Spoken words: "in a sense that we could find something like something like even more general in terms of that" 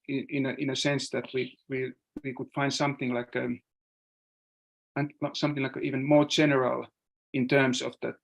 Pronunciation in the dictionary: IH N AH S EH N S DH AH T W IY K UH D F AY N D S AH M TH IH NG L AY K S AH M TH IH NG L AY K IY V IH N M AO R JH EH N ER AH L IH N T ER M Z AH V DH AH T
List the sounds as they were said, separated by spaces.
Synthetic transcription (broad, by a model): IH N AH S EH N S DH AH T W IY K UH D F AY N D S AH M TH IH NG L AY K S AH M TH IH NG L AY K IY V IH N M AO R JH EH N ER AH L IH N T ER M S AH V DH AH T